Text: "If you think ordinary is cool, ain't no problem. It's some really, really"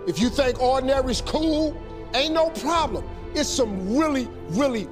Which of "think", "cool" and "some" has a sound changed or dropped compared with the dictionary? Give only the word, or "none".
none